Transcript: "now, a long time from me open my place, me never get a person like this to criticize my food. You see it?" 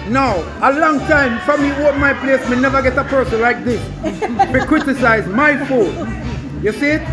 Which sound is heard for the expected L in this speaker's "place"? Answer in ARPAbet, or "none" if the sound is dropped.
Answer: L